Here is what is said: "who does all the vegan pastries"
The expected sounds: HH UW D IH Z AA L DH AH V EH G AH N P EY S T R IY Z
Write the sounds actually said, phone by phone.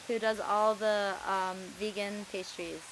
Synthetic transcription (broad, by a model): HH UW D IH Z AA L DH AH V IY G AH N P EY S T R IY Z